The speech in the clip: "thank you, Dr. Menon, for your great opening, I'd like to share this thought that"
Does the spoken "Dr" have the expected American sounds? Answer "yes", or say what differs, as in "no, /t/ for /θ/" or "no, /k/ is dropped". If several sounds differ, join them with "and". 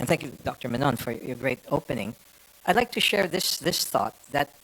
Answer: yes